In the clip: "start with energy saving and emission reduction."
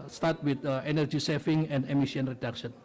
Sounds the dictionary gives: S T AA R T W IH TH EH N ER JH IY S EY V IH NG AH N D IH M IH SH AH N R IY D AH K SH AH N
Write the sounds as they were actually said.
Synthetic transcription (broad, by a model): S T AA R T W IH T EH N ER JH IY S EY F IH NG AH N D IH M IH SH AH N R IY D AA K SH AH N